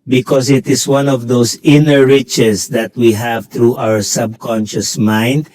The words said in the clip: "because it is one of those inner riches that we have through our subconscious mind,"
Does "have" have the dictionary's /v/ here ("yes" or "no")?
yes